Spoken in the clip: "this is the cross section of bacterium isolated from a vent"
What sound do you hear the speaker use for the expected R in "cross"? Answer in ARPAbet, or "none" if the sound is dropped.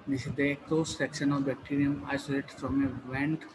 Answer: L